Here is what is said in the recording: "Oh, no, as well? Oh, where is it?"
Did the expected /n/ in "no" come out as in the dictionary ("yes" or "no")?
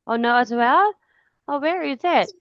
yes